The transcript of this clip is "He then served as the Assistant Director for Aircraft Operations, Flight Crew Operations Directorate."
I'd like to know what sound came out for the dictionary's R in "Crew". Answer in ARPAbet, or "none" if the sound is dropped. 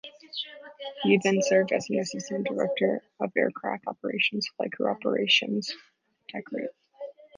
none